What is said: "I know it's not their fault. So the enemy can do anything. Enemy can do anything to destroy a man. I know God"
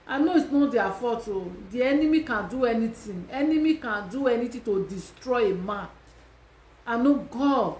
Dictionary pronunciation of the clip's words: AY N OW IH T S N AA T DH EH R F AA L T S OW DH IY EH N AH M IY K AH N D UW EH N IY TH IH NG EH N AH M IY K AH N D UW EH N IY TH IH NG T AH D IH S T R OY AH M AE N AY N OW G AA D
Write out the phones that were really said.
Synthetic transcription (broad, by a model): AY N OW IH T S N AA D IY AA F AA T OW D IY EH N AH M IY K AH N D UW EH N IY T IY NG EH N AH M IY K AH N D UW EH N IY T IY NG T AH D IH S T R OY AH M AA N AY N OW G AA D